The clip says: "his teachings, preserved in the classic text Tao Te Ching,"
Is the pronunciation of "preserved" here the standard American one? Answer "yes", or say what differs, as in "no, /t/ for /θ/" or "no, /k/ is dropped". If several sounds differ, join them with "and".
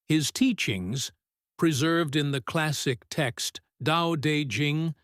yes